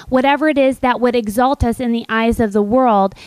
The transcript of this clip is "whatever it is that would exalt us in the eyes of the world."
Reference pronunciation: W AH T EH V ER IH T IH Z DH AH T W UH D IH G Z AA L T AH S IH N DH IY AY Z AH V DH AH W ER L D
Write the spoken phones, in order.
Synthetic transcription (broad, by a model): W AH T EH V ER IH T IH Z DH AH T W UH D IH G Z AA L T AH S IH N DH IY AY Z AH V DH AH W ER L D